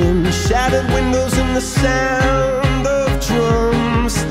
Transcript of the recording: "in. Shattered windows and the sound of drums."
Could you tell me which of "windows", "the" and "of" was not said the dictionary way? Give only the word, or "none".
none